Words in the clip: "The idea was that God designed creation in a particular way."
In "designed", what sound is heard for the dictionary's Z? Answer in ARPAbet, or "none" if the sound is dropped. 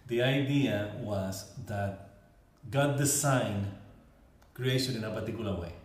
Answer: S